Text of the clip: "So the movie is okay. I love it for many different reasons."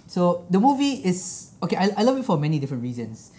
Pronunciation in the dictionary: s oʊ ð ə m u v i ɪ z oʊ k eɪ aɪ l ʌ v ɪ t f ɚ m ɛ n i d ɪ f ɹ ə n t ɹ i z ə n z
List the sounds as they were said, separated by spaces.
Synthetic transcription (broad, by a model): s oʊ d ə m u v i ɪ s oʊ k eɪ aɪ l ʌ v ɪ t f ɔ m ɛ n i d ɪ f ɹ ə n t ɹ i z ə n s